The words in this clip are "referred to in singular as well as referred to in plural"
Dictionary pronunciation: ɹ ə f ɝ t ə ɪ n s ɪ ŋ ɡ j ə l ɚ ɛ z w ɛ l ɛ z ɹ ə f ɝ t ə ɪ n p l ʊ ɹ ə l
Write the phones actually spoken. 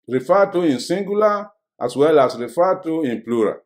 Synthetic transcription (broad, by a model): ɹ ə f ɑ t ə ɪ n s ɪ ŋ ɡ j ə l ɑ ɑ s w ɛ l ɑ s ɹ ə f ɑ t ə ɪ n p l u ɹ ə